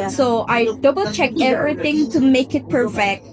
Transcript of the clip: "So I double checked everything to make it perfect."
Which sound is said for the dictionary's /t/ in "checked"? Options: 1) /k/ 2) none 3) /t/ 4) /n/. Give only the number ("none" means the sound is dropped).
2